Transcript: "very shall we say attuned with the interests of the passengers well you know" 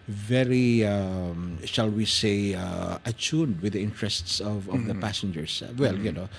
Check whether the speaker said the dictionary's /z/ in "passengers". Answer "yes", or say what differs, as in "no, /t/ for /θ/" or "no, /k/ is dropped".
no, /s/ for /z/